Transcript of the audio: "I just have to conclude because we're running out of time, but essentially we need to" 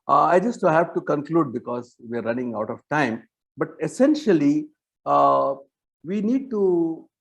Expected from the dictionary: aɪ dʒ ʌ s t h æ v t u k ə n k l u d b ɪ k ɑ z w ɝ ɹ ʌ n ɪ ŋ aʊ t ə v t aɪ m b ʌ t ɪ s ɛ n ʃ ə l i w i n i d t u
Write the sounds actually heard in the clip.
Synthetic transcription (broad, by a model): aɪ dʒ ʌ s t h æ v t u k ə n k l u d b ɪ k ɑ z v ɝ ɹ ʌ n ɪ ŋ aʊ t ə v t aɪ m b ʌ t ɪ s ɛ n ʃ ə l i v i n i d t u